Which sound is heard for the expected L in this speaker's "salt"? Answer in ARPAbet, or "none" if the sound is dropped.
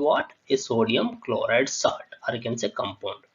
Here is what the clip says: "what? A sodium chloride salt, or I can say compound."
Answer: none